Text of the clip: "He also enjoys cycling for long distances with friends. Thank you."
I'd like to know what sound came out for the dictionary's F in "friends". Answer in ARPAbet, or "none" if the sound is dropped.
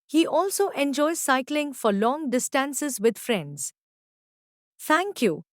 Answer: F